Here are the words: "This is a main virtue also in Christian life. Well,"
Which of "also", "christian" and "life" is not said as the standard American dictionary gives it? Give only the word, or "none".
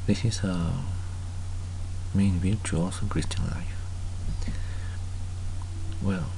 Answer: also